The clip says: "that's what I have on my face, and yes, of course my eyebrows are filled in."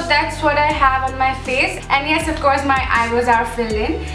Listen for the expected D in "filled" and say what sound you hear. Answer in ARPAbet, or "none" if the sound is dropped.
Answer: none